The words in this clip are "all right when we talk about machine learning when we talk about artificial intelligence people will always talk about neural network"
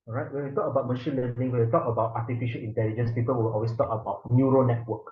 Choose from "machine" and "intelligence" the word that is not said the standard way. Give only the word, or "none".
none